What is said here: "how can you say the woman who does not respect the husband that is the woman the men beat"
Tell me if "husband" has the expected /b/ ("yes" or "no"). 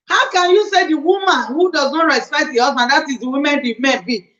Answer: no